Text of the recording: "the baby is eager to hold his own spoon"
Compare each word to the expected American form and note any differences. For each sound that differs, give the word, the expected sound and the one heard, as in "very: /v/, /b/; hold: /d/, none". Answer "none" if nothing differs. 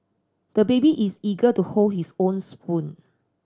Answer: is: /z/, /s/; his: /z/, /s/